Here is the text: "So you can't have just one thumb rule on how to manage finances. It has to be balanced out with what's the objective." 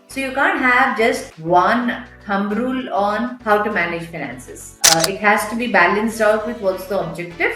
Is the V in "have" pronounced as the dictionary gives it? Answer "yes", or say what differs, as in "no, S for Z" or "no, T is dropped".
yes